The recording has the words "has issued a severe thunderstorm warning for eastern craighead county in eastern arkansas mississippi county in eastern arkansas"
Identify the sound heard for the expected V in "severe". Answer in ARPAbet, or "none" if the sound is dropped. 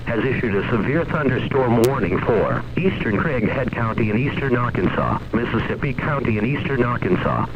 V